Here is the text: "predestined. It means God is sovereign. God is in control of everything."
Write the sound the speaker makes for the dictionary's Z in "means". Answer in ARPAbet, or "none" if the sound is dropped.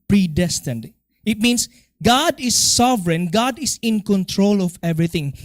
S